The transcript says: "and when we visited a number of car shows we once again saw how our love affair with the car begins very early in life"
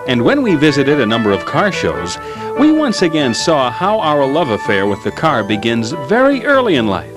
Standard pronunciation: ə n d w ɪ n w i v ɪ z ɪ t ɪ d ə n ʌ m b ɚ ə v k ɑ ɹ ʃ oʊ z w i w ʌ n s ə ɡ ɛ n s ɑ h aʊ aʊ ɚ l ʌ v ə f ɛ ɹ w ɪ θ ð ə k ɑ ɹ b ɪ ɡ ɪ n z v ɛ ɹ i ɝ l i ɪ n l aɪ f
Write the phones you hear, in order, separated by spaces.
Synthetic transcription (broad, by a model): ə n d w ɪ n w i v ɪ z ɪ t ɪ d ə n ʌ m b ɚ ə v k ɑ ɹ ʃ oʊ z w i w ʌ n s ə ɡ ɛ n s ɑ h aʊ aʊ ɚ l ʌ v ə f ɛ ɹ w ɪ ð ə k ɑ ɹ b ɪ ɡ ɪ n z v ɛ ɹ i ɝ l i ɪ n l aɪ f